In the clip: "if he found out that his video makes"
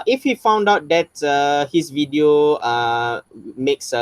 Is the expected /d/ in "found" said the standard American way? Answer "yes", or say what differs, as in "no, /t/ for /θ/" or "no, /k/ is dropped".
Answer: yes